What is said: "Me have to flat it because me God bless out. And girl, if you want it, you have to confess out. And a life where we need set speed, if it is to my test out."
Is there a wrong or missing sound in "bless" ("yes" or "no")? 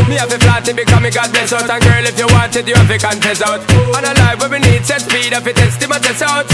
yes